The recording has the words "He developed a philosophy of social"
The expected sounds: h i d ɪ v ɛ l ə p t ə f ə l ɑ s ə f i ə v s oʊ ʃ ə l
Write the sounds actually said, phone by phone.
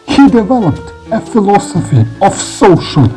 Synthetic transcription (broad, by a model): h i d ɪ v ɛ l ə p t ə f ə l ɑ s ə f i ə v s oʊ ʃ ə l